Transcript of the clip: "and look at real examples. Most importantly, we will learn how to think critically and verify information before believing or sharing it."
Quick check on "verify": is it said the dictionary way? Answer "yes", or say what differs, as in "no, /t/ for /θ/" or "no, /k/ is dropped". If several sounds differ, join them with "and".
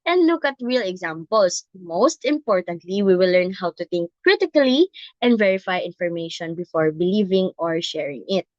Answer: yes